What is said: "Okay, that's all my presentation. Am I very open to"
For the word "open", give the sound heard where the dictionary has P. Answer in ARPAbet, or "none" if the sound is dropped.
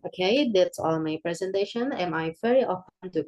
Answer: F